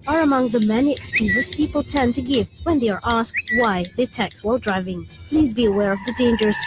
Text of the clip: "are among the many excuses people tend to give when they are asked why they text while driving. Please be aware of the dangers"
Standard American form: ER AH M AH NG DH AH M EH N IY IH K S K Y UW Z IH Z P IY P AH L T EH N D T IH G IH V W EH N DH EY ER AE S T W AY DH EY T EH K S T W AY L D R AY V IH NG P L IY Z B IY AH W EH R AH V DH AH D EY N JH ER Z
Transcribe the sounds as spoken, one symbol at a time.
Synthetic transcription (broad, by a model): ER AH M AH NG DH AH M EH N IY IH K S K Y UW Z IH Z P IY P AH L T EH N T IH G IH V W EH N DH EY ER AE S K W AY DH EY T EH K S W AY L D R AY V IH NG P L IY Z B IY AH W EH R AH V DH AH D EY N JH ER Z